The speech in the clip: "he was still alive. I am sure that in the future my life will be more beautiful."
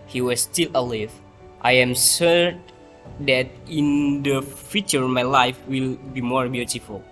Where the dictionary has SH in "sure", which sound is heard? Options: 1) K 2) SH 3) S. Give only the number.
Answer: 3